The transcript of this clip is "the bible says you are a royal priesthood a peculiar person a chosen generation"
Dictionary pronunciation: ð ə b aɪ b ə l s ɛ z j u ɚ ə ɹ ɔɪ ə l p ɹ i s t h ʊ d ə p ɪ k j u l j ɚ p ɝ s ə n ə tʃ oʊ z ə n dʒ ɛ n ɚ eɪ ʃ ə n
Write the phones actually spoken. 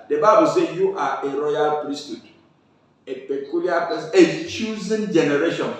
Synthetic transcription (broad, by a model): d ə b aɪ b ə l s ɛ j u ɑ ə ɹ ɔɪ ə l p ɹ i s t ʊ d ə p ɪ k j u l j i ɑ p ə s ə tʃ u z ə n dʒ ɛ n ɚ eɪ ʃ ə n